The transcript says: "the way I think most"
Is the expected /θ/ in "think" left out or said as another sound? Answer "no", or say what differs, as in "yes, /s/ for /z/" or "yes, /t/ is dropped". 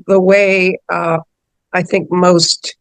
no